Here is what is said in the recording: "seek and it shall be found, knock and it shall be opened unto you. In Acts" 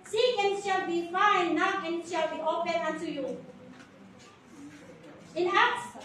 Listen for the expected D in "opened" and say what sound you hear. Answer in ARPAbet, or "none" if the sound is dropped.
none